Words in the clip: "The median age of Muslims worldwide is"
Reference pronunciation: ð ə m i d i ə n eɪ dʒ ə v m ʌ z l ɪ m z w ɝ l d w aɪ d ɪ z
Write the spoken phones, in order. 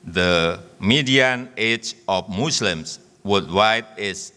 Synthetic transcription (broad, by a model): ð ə m i d i ə n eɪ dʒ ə f m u s l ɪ m s w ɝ d w aɪ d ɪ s